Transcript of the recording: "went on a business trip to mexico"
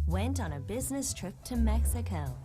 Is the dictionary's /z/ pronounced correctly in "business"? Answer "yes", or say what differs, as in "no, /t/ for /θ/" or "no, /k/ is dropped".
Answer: yes